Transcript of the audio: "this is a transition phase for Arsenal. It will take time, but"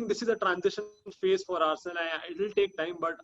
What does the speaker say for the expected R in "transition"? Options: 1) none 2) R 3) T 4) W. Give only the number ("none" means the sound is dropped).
2